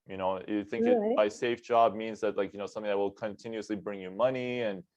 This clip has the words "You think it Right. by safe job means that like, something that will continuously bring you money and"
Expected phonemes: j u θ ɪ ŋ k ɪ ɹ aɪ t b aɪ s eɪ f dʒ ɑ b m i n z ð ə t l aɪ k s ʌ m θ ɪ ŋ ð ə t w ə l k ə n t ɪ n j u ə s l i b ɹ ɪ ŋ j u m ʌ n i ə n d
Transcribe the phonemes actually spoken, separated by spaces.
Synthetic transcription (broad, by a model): j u θ ɪ ŋ k ɪ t b aɪ s eɪ f dʒ ɑ b m i n z ð ə t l aɪ k s ʌ m θ ɪ ŋ ð ə t w ə l k ə n t ɪ n j u ə s l i b ɹ ɪ ŋ j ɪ m ʌ n i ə n